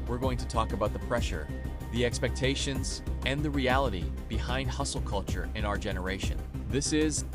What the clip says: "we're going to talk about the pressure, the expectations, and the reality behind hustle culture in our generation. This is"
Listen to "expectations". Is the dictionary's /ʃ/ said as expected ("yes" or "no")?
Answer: yes